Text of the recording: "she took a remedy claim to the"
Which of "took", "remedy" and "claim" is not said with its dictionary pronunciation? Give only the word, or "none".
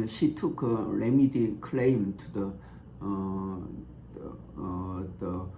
none